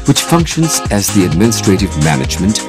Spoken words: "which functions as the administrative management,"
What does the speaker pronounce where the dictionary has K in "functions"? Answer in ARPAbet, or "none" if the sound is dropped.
K